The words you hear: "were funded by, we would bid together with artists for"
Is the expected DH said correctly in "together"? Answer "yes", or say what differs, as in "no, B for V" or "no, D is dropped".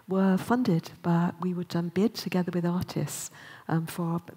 yes